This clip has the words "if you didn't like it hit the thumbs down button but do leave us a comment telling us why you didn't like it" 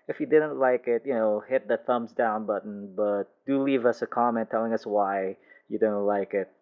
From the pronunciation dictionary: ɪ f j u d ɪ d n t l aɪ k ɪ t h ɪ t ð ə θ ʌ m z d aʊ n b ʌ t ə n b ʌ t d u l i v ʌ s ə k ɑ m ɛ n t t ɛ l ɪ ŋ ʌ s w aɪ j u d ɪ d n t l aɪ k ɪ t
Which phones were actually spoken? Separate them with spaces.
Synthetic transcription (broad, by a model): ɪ f j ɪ d ɪ d n t l aɪ k ɪ t h ɪ t ð ə θ ʌ m z d aʊ n b ʌ t n b ʌ t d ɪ l i v ʌ s ə k ɑ m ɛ n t t ɛ l ɪ ŋ ʌ s w aɪ j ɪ d ɪ d n t l aɪ k ɪ t